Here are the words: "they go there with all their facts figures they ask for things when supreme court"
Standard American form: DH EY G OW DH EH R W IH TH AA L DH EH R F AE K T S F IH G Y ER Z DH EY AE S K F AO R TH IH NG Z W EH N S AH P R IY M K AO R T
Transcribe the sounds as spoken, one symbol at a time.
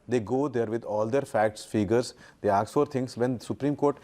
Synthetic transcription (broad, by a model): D EY G OW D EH R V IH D AA L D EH R F AE K T S F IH G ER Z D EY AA K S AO R T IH NG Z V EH N S AH P R IY M K AO R T